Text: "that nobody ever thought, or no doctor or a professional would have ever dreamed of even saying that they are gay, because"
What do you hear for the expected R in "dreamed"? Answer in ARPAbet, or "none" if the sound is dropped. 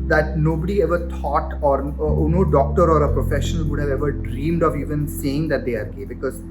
R